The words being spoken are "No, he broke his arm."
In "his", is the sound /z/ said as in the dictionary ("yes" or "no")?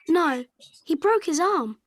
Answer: yes